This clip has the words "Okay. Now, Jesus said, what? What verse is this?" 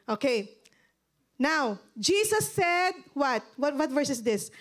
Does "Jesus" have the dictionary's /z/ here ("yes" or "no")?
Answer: no